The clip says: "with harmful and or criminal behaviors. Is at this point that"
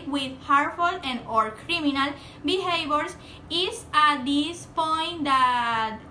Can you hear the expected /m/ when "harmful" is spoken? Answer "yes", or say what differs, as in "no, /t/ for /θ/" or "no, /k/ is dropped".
no, /m/ is dropped